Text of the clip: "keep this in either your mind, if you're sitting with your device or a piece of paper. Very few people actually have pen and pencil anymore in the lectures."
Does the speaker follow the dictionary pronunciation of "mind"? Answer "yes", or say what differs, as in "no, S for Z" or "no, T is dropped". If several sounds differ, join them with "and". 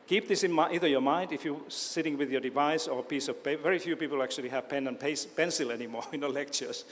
yes